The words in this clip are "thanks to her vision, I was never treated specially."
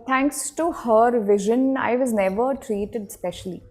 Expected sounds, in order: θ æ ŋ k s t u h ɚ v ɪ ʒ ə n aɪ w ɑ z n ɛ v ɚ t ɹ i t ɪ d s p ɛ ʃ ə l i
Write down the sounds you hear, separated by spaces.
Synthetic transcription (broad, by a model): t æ ŋ k s t u h ɚ v ɪ ʒ ə n aɪ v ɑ z n ɛ v ɚ t ɹ i t ɪ d s p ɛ ʃ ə l i